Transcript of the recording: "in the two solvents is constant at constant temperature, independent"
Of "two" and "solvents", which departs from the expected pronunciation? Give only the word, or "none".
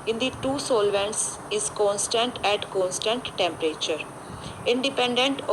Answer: none